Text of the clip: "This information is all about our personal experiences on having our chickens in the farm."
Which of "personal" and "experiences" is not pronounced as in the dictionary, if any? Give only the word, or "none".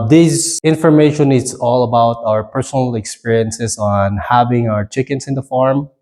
experiences